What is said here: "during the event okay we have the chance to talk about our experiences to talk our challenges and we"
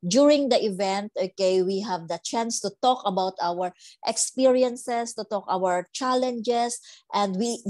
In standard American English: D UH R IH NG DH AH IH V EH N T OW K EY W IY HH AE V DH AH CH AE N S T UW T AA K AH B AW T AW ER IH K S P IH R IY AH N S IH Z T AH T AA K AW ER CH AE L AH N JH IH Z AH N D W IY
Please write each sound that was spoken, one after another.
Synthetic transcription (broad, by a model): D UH R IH NG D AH IH V EH N T OW K EY W IY HH AE V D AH CH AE N S T UW T AA K AH B AW T AW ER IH K S P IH R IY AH N S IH S T AH T AA K AW ER CH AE L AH N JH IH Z AH N D W IY